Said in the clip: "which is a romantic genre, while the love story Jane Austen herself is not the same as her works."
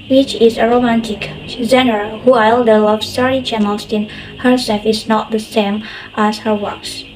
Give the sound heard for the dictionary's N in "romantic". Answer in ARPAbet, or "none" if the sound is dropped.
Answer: N